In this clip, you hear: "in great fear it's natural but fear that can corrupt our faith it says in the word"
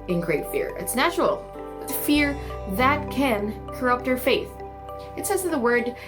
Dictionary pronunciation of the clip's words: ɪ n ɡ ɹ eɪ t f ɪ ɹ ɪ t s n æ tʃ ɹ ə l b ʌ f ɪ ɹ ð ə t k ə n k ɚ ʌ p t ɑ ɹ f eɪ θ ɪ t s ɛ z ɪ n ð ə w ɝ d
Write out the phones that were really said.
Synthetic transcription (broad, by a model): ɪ n ɡ ɹ eɪ t f ɪ ɹ ɪ t s n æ tʃ ɹ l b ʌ f ɪ ɹ ð ə t k ə n k ɚ ʌ p t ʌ ɹ f eɪ θ ɪ t s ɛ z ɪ ð ə w ɝ d